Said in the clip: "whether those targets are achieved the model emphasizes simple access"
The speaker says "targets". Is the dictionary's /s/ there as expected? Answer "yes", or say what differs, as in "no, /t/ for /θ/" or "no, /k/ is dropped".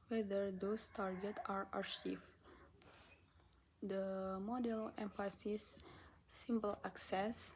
no, /s/ is dropped